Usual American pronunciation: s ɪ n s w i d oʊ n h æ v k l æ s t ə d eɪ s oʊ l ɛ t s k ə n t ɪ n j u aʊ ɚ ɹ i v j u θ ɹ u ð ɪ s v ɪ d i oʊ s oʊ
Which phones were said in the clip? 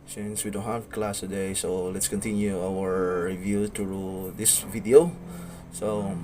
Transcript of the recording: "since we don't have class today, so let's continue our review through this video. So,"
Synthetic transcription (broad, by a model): s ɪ n s w i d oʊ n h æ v k l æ s t ə d eɪ s oʊ l ɛ t s k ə n t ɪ n j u aʊ ɚ ɹ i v j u t ɹ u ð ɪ s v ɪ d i oʊ s oʊ